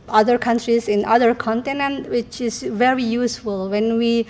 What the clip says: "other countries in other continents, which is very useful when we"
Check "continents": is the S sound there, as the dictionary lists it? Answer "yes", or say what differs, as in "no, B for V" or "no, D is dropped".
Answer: no, S is dropped